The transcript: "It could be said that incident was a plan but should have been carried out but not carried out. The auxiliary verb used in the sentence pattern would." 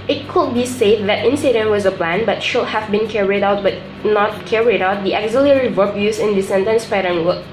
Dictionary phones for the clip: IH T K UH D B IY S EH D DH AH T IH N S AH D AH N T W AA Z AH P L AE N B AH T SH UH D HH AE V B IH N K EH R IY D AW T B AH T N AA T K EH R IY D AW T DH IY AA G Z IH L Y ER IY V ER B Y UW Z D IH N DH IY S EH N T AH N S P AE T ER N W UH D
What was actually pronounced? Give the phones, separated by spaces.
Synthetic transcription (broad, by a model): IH T K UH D B IY S EH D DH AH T IH N S AH D AH N T W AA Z AH P L AE N B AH T SH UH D HH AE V B IH N K EH R IY D AW T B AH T N AA T K EH R IY D AW T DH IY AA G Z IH L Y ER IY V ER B Y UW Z IH N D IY S EH N T AH N S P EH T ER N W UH